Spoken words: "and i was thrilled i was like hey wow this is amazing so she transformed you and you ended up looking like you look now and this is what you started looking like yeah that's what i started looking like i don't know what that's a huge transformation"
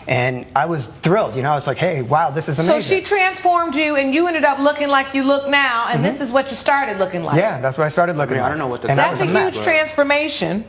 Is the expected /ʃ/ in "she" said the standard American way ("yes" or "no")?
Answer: yes